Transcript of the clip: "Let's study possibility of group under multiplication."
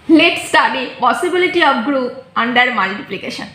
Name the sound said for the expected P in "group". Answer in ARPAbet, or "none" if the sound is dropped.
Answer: none